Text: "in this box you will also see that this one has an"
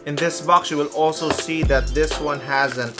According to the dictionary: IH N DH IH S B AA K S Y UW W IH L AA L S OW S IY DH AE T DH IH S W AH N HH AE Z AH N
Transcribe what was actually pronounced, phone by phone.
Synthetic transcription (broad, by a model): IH N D IH S B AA K S Y UW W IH L AA L S OW S IY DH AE T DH IH S W AH N HH AE Z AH N